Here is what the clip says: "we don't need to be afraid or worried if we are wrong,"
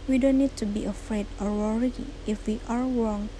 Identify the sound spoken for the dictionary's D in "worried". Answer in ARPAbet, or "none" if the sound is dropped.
none